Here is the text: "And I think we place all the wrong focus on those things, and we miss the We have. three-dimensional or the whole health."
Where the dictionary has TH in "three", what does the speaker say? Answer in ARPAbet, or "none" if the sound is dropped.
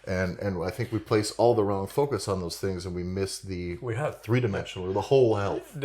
TH